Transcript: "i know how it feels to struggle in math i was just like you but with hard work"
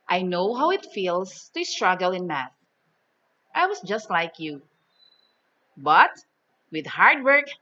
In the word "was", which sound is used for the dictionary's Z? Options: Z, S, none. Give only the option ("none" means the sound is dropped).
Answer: S